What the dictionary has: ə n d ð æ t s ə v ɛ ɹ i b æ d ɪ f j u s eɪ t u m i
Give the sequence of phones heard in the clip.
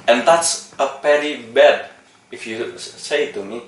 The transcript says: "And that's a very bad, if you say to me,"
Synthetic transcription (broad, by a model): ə n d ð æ t s ə p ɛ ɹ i b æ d ɪ f j u s eɪ t u m i